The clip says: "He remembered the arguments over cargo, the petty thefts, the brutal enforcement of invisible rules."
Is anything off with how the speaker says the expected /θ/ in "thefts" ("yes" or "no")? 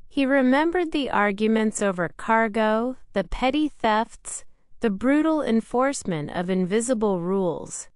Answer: no